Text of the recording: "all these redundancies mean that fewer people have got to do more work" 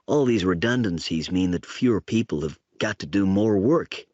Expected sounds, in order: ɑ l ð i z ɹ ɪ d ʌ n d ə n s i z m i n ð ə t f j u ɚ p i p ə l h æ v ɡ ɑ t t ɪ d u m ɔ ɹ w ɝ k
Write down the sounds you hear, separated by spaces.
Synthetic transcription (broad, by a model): ɑ l ð i z ɹ ɪ d ʌ n d ə n s i z m i n ð ə t f j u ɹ p i p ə l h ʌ v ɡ ɑ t t ɪ d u m ɔ ɹ w ɝ k